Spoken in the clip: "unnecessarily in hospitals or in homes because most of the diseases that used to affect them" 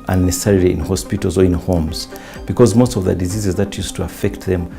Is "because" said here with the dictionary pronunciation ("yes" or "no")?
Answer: yes